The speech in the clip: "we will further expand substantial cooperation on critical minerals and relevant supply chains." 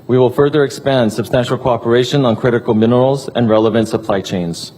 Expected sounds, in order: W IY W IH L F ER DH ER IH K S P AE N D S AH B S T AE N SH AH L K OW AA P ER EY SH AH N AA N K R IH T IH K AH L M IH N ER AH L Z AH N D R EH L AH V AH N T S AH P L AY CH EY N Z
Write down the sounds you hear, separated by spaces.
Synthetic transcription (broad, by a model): W IY W IH L F ER DH ER IH K S P AE N D S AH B S T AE N SH L K OW AA P ER EY SH AH N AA N K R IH T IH K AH L M IH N ER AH L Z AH N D R EH L AH V AH N T S AH P L AY CH EY N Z